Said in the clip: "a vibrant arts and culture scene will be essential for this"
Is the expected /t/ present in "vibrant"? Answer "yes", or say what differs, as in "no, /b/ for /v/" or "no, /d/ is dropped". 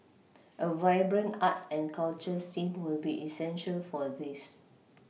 no, /t/ is dropped